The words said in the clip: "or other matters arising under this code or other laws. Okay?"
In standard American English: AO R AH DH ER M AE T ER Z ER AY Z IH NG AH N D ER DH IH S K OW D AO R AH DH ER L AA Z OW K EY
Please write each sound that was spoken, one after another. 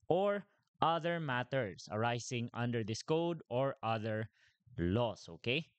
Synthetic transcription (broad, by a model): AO R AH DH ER M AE T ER S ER AY S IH NG AH N D ER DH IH S K OW D AO R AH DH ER L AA S OW K EY